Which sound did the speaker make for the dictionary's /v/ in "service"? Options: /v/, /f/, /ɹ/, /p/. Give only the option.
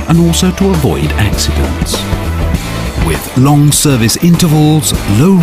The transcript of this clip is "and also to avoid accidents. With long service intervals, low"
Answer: /v/